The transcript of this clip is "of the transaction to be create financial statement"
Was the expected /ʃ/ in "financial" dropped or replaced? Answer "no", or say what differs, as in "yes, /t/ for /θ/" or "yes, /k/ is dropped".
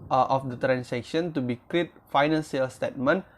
yes, /s/ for /ʃ/